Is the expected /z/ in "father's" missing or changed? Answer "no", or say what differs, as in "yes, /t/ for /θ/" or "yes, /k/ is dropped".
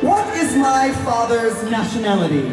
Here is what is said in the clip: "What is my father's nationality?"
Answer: no